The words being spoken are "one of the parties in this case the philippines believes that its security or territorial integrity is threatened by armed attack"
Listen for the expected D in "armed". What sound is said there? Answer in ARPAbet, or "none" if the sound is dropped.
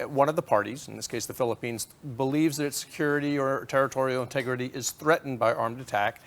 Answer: D